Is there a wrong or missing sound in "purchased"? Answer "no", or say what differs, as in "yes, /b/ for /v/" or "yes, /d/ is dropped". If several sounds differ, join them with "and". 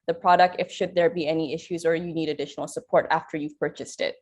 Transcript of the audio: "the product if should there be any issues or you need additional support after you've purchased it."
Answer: no